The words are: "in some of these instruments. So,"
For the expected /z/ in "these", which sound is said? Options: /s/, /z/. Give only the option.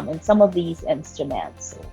/z/